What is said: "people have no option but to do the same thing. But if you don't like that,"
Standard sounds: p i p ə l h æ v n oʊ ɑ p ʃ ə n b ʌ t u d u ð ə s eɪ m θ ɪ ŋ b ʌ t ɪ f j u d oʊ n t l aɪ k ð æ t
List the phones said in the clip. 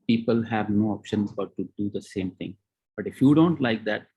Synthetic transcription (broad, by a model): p i p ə l h æ v n oʊ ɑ p ʃ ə n b ʌ t u d u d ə s eɪ m t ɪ ŋ b ʌ t ɪ f j u d oʊ n t l aɪ k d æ t